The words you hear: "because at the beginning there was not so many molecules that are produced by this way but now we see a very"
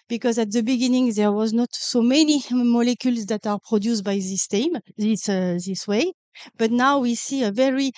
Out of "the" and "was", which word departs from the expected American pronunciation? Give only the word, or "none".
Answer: none